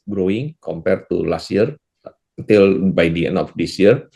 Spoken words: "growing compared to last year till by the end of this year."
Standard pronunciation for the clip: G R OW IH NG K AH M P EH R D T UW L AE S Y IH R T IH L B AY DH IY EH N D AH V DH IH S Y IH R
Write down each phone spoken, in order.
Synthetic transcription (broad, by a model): G R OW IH NG K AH M P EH R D T UW L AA S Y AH R T IH L B AY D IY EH N AH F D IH S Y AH R